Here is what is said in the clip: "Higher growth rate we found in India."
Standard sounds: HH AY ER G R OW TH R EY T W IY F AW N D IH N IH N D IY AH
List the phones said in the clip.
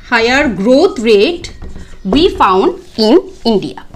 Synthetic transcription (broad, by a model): HH AY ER G R OW T R EY T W IY F AW N D IH N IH N D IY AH